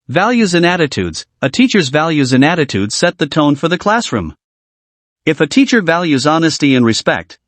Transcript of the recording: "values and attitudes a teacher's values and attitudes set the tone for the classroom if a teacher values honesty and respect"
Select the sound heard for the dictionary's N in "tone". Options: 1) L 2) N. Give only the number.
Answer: 2